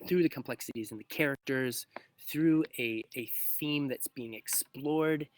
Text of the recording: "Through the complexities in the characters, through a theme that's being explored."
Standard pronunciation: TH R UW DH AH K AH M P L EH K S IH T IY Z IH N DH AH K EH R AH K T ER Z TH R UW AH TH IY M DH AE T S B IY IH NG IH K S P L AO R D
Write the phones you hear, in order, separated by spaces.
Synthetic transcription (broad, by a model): TH R UW DH AH K AH M P L EH K S IH T IY Z IH N DH AH K EH R AH K T ER Z TH R UW AH TH IY M DH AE T S B IY IH NG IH K S P L AO R D